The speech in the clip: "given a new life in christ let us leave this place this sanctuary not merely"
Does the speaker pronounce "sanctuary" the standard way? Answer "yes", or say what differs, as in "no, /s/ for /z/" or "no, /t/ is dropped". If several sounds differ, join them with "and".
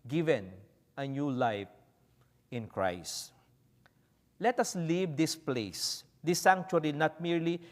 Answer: no, /l/ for /ɹ/